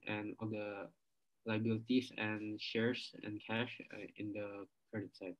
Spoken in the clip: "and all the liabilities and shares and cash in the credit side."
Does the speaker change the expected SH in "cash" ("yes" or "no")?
no